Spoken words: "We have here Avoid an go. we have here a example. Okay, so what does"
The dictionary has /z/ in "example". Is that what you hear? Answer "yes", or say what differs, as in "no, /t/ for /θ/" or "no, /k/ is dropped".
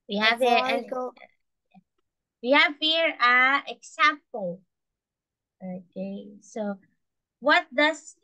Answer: no, /s/ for /z/